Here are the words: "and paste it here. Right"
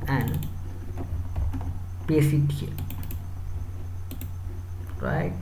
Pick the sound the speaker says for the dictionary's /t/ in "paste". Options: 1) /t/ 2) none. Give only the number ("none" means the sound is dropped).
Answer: 2